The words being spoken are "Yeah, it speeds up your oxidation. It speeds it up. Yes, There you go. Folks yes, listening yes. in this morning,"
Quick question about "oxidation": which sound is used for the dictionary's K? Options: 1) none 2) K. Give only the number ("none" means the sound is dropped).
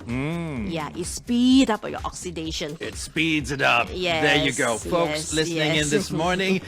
2